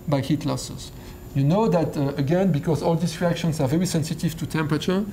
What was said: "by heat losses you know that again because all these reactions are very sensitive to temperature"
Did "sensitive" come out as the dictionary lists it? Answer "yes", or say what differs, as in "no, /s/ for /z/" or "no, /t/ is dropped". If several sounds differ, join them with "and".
yes